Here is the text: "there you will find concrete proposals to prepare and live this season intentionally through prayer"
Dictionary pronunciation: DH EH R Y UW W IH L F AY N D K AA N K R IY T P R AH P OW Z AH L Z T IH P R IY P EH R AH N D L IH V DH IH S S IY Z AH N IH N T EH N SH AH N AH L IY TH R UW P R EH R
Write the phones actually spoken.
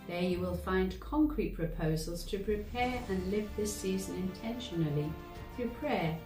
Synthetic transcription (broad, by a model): DH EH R Y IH W IH L F AY N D K AA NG K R IY T P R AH P OW Z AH L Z T IH P R IY P EH R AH N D L IH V DH IH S S IY Z AH N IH N T EH N SH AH N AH L IY TH R UW P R EH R